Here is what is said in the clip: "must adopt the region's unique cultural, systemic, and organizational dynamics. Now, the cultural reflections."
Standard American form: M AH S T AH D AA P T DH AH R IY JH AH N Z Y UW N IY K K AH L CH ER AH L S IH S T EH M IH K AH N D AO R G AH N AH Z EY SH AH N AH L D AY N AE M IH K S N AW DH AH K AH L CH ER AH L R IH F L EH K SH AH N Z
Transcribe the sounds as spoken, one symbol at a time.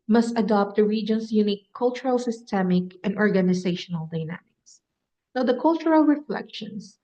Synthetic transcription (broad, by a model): M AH S T AH D AA P T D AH R IY JH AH N S Y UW N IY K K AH L CH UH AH L S IH S T EH M IH K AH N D AO R G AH N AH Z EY SH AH N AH L D AY N AE M IH K S N AW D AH K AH L CH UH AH L R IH F L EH K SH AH N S